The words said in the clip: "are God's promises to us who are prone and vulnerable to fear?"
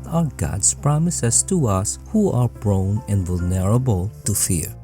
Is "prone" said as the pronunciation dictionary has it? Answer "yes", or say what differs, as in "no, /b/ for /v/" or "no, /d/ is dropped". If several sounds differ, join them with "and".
no, /b/ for /p/